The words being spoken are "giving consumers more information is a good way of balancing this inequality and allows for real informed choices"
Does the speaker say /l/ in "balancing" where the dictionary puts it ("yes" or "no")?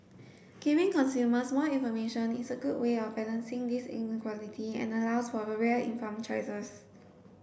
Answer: no